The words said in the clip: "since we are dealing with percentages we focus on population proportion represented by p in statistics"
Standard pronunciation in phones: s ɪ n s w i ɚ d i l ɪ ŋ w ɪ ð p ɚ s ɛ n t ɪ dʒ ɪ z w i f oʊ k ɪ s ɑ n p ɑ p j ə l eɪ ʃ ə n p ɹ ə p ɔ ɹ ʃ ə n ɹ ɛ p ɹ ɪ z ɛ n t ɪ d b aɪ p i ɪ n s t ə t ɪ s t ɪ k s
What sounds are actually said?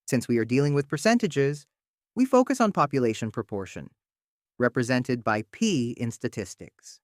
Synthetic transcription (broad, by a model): s ɪ n s w i ɚ d i l ɪ ŋ w ɪ ð p ɚ s ɛ n t ɪ dʒ ɪ z w i f oʊ k ɪ s n p ɑ p j ə l eɪ ʃ ə n p ɹ ə p ɔ ɹ ʃ ə n ɹ ɛ p ɹ ɪ z ɛ n t ɪ d b aɪ p i ɪ n s t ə t ɪ s t ɪ k s